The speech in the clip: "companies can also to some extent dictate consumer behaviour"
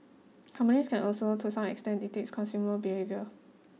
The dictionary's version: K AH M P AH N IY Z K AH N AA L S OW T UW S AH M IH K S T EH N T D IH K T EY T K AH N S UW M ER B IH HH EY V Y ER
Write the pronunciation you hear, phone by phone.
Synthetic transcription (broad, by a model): K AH M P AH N IY S K AH N AA L S OW T UW S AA M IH K S T EH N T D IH T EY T K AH N S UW M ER B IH HH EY V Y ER